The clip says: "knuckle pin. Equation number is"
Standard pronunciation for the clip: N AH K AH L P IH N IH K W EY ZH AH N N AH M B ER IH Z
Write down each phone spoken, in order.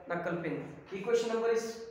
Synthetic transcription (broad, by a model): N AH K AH L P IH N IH K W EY SH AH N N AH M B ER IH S